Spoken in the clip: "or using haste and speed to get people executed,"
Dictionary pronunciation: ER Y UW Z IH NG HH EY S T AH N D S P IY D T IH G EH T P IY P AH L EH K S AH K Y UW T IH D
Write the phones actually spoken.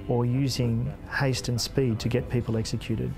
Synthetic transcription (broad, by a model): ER Y UW Z IH NG HH EY S T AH N S P IY D T IH G EH T P IY P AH L EH K S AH K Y UW T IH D